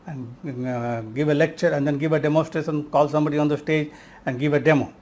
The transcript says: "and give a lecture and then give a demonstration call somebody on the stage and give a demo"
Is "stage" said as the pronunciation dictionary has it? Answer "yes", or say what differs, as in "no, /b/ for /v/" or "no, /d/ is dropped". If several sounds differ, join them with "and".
yes